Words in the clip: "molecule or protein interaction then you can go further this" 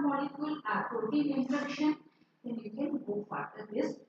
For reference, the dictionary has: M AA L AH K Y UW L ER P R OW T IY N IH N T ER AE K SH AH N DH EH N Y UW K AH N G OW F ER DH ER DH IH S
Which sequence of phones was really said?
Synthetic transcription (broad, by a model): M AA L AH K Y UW L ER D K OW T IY IH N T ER K SH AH N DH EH N Y UW K AH N G OW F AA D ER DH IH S